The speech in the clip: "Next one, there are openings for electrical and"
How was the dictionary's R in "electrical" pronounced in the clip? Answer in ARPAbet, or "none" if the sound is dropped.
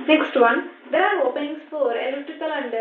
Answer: none